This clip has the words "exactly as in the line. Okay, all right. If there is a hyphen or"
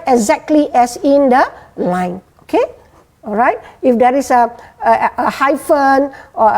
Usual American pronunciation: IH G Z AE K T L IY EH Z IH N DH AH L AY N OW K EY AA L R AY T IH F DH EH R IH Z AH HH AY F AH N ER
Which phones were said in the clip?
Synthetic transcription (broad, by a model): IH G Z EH K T L IY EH S IH N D AH L AY N OW K EY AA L R AY T IH F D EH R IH S AH HH AY F AH N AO